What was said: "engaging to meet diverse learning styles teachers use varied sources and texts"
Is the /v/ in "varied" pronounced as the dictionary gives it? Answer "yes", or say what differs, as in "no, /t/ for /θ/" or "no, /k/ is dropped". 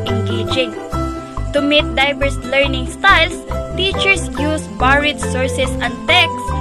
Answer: no, /b/ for /v/